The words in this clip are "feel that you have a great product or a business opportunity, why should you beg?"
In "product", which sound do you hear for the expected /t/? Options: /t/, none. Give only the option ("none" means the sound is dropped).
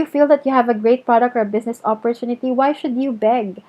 /t/